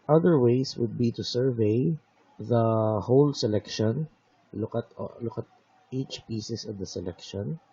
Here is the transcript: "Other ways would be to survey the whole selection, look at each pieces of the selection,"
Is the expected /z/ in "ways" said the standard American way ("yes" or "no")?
no